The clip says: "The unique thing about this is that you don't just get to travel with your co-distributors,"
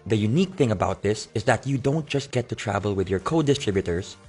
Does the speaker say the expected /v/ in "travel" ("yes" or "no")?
yes